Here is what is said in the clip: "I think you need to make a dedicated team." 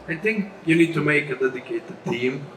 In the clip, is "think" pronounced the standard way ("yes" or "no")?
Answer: no